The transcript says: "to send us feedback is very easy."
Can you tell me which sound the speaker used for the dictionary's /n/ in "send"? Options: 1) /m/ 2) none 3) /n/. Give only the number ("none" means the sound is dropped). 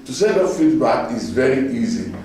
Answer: 2